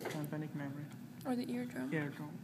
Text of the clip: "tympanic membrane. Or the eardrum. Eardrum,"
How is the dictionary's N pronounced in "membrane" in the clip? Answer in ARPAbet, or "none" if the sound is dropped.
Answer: none